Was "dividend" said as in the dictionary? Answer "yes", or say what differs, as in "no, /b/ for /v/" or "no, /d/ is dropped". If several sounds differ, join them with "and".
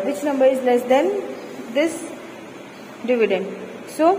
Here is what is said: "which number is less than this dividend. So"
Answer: yes